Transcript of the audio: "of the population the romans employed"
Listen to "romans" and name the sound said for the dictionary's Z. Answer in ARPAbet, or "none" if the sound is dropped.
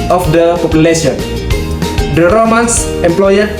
S